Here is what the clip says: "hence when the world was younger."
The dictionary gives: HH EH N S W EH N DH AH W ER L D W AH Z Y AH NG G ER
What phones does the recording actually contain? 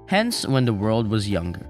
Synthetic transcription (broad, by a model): HH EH N S W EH N DH AH W ER L D W AH Z Y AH NG G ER